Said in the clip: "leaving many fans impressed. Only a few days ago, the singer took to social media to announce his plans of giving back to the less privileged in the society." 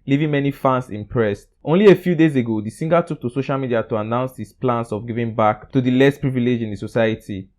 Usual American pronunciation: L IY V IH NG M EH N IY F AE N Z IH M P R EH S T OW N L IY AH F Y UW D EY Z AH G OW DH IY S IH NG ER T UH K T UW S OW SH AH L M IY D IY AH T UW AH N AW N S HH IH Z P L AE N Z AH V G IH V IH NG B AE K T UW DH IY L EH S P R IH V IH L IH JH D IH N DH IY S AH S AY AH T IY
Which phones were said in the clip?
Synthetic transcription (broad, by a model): L IY V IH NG M EH N IY F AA N S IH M P R EH S T OW N L IY AH F Y UW D EY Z AH G OW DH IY S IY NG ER T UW K T UW S OW SH AH L M IY D IY AH T UW AH N AW N S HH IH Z P L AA N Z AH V G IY V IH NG B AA K T UW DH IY L EH S P R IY V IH L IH JH IH N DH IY S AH S AY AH T IY